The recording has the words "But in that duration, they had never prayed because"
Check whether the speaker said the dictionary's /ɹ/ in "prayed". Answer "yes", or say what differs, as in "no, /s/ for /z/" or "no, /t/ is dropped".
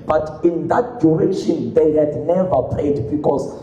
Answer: no, /l/ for /ɹ/